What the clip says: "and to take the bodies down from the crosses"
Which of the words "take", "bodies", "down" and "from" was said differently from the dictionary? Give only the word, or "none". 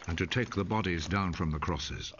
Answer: none